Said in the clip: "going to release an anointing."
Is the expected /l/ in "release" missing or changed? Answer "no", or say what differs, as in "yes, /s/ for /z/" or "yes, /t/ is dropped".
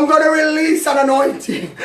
no